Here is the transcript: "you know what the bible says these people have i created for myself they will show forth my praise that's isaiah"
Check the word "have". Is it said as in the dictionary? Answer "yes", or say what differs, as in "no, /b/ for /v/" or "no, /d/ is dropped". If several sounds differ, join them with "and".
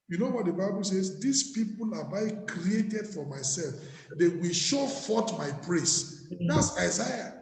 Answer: no, /b/ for /v/